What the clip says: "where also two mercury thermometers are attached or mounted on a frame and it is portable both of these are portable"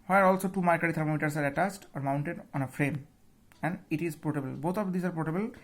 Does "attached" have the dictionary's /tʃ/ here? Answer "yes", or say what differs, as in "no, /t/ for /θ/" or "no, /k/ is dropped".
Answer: no, /s/ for /tʃ/